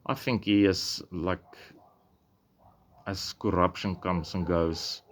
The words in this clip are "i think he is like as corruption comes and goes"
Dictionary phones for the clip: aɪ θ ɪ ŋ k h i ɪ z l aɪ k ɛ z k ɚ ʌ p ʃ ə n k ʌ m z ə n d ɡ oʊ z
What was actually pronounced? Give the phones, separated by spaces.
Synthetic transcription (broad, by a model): aɪ θ ɪ ŋ k h i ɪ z l aɪ k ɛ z k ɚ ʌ p ʃ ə n k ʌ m s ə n ɡ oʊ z